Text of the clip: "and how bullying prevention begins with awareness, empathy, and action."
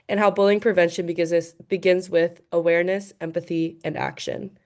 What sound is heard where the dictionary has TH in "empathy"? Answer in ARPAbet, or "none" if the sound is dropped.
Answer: TH